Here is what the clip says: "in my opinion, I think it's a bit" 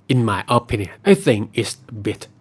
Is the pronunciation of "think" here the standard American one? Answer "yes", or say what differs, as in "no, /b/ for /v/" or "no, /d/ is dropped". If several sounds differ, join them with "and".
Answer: no, /k/ is dropped